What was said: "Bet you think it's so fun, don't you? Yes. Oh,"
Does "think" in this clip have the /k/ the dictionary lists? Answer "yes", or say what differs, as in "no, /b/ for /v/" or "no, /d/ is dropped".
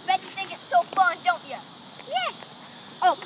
no, /k/ is dropped